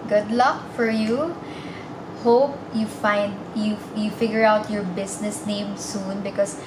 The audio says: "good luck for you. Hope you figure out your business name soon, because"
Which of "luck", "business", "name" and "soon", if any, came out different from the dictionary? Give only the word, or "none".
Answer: business